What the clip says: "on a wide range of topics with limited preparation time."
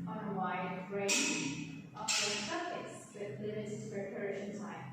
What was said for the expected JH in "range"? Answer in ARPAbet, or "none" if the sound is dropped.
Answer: none